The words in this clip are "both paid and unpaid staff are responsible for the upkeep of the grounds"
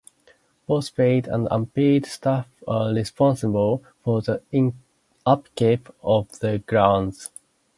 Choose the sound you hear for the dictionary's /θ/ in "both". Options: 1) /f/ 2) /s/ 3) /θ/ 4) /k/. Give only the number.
2